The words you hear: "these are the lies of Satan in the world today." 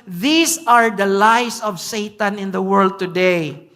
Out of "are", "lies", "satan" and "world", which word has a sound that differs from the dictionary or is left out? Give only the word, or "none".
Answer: lies